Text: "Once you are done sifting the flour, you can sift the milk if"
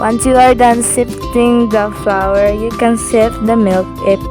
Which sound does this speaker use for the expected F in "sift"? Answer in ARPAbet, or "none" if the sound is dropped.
none